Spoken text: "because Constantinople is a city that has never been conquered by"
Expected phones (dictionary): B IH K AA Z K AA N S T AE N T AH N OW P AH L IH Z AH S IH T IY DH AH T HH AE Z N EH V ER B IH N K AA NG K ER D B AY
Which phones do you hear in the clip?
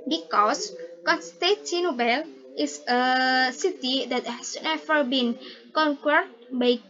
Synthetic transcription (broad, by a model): B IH K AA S K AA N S T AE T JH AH N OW B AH L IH S AH S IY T IY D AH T HH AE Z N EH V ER B IH N K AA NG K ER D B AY